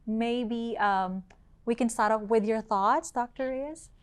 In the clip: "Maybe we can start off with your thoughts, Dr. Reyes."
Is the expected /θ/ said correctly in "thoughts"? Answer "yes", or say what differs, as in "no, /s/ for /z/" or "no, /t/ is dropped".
yes